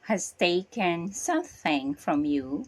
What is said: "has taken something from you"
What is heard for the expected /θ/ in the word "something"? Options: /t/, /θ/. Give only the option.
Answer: /θ/